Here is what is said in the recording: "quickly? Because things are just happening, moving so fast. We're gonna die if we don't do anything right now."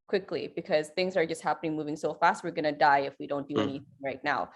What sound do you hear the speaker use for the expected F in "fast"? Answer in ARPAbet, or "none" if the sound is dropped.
F